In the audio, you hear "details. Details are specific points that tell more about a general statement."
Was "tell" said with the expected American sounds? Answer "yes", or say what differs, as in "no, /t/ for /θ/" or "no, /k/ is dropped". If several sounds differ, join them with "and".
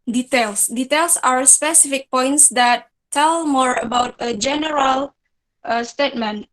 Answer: yes